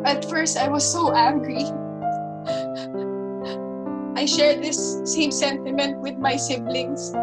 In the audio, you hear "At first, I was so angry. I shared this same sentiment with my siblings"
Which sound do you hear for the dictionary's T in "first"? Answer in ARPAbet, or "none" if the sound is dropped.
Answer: T